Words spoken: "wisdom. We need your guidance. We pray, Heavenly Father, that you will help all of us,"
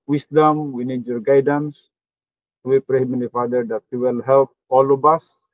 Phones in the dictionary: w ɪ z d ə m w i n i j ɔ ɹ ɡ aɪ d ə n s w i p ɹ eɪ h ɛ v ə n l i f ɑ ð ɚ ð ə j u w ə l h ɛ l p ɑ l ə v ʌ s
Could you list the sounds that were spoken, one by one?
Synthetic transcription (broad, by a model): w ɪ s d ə m w i n i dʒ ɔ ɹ ɡ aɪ d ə n s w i p ɹ eɪ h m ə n i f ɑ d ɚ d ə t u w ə l h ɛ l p ɑ l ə b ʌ s